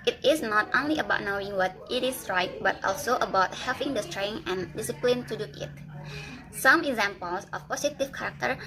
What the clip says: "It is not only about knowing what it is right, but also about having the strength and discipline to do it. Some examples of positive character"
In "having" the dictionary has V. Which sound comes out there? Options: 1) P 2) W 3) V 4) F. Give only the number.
1